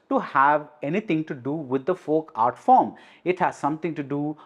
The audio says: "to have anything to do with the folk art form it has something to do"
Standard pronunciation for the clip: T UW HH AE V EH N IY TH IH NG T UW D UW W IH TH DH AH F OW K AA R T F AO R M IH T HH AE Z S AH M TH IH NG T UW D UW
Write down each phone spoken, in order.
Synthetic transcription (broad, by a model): T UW HH AE V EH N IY T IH NG T UW D UW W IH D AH F OW K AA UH T F AO R M IH T HH AE Z S AH M T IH NG T UW D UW